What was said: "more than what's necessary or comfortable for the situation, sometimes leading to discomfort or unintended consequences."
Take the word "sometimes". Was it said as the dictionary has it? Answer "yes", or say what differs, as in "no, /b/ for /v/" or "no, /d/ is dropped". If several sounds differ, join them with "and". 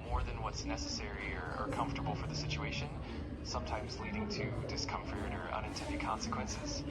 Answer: yes